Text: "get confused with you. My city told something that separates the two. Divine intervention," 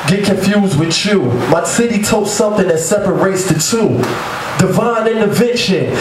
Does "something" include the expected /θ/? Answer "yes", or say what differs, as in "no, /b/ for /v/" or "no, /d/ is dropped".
yes